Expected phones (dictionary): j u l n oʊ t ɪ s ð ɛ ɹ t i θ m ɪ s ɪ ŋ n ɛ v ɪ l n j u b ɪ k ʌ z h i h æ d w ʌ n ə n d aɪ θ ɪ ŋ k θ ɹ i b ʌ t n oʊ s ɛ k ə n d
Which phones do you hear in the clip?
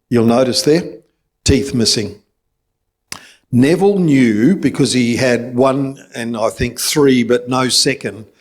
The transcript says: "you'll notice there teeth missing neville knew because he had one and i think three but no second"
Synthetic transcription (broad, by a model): j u l n oʊ t ɪ s ð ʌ ɹ t i θ m ɪ s ɪ ŋ n ɛ v l n j u b ɪ k ʌ z i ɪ d w ʌ n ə n aɪ θ ɪ ŋ k θ ɹ i b ʌ t n oʊ s ɛ k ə n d